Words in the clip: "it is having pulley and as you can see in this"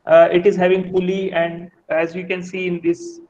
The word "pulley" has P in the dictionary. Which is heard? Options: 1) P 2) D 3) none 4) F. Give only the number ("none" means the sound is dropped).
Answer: 4